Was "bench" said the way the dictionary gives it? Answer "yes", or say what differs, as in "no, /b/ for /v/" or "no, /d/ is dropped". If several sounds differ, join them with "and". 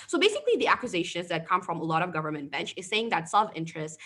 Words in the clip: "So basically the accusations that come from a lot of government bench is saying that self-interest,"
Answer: yes